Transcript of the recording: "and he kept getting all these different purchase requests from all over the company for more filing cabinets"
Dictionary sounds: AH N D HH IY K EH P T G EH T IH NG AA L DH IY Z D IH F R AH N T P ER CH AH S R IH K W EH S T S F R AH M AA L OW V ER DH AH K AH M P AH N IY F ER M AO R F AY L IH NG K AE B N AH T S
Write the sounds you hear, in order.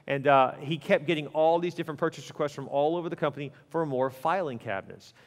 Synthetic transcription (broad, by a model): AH N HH IY K EH P G EH T IH NG AA L DH IY Z D IH F R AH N P ER CH AH S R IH K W EH S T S F R AH M AA L OW V ER DH AH K AH M P AH N IY F ER M AO R F AY L IH NG K AE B N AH T S